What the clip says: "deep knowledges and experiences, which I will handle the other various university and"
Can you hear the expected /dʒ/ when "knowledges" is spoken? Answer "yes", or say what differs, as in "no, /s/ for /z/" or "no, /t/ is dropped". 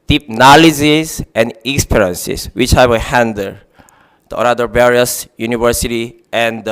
no, /z/ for /dʒ/